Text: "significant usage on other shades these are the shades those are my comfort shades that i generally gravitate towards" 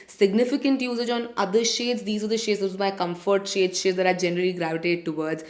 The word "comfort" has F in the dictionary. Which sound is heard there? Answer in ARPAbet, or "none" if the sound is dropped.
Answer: F